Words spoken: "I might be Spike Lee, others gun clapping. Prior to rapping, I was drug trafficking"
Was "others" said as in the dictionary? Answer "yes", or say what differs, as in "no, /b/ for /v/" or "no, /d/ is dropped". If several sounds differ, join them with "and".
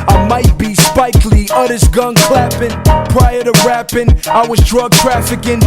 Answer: no, /s/ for /z/